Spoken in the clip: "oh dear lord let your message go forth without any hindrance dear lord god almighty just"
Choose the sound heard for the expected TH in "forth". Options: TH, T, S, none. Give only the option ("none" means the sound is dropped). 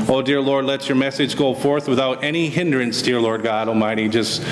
TH